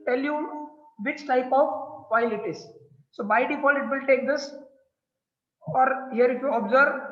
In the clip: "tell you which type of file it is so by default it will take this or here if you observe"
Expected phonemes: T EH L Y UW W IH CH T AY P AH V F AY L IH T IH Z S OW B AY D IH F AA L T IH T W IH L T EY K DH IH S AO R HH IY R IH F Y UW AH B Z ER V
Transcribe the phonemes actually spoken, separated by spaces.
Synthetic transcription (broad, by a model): T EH L Y UW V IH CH T AY P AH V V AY L IH T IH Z S OW B AY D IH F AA L IH T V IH L T EY K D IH S AO R HH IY R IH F Y UW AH B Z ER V